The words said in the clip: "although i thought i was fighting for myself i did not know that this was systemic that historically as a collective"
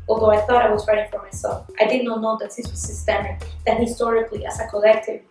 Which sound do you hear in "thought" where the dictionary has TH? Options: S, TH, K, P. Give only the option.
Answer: TH